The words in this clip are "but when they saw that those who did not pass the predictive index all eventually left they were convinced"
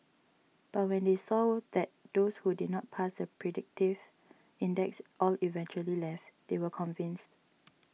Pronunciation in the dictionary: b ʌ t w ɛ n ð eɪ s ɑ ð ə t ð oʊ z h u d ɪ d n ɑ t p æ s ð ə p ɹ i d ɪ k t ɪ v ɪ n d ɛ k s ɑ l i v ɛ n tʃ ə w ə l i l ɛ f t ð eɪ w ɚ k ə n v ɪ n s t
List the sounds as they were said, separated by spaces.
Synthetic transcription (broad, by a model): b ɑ t w ɛ n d eɪ s ɑ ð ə t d oʊ s h u d ɪ d n ɑ t p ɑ s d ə p ɹ i d ɪ k t ɪ v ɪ n d ɛ k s ɑ l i v ɛ n tʃ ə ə l i l ɛ f t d eɪ w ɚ k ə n v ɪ n s t